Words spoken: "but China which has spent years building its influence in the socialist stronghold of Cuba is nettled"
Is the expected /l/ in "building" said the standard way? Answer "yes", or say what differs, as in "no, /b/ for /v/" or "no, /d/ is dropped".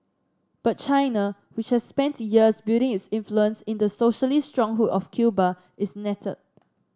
no, /l/ is dropped